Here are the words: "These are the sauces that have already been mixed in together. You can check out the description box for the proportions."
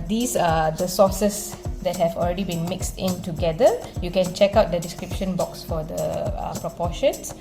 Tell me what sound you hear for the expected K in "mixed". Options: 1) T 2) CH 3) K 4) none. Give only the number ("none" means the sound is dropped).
3